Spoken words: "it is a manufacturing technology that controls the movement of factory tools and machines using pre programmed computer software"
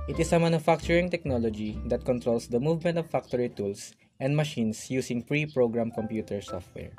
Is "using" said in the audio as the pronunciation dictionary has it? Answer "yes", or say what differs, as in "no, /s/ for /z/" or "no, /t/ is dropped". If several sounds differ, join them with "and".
no, /s/ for /z/